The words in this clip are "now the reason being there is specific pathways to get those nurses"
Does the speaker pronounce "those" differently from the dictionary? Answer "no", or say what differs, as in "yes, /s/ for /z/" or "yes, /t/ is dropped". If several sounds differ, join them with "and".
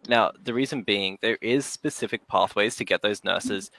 no